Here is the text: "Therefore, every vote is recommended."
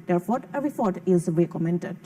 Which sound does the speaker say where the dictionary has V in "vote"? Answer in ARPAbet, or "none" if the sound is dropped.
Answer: F